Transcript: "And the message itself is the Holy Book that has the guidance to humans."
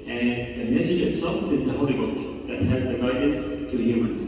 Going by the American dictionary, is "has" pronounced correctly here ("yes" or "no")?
yes